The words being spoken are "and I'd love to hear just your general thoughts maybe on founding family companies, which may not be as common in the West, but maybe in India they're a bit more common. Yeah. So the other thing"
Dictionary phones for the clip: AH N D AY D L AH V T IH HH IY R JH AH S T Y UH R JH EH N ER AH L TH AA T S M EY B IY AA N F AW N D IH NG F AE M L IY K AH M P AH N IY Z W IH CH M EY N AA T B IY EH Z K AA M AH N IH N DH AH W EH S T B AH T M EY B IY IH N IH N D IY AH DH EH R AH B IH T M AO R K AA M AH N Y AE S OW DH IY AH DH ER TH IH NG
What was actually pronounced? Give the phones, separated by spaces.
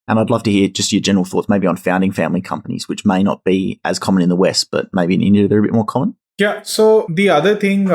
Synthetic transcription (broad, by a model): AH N AY D L AH V T IH HH IY R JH AH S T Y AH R JH EH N ER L TH AA T S M EY B IY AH N F AW N D IH NG F AE M L IY K AH M P AH N IY Z W IH CH M EY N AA T B IY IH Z K AA M AH N IH N DH AH W EH S T B AH T M EY B IY IH N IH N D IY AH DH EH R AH B IH T M AO R K AA M AH N Y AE S OW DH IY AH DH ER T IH NG